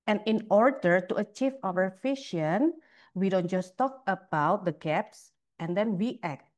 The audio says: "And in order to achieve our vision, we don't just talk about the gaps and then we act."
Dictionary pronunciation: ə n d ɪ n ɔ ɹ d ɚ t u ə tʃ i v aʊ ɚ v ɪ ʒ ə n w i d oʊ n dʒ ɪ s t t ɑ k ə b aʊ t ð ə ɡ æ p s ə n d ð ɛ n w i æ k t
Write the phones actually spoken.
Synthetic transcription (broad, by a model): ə n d ɪ n ɔ ɹ d ɚ t u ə tʃ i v aʊ ɚ f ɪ ʃ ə n w i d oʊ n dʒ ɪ s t t ɑ k ə b aʊ t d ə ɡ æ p s ə n d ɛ n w i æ k t